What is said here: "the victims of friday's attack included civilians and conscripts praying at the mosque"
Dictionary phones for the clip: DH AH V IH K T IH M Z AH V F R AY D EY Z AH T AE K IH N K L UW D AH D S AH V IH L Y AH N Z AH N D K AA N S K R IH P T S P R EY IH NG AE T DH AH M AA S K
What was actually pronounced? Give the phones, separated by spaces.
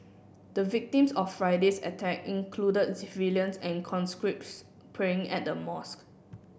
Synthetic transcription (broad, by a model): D AH V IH K T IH M S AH F F R AY D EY S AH T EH K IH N K L UW D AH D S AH V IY L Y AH N S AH N K AA N S K R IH P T S P R EY IH NG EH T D AH M AA S K